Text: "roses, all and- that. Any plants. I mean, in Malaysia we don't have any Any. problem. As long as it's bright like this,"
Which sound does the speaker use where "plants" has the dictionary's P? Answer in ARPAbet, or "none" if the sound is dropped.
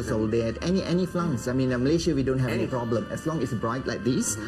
F